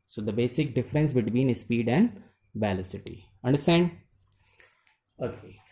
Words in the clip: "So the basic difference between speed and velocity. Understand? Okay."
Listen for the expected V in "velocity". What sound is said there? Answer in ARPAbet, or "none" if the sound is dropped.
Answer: B